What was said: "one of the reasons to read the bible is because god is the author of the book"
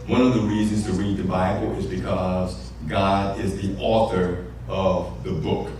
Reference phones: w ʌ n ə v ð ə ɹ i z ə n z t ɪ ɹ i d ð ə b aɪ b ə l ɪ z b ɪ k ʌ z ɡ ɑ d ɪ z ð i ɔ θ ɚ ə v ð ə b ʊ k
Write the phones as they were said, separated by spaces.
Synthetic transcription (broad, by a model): w ʌ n ə v ð ə ɹ i z ə n z t ɪ ɹ i d ð ə b aɪ b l ɪ z b ɪ k ʌ z ɡ ɑ d ɪ z ð i ɔ θ ɚ ə v ð ə b ʊ k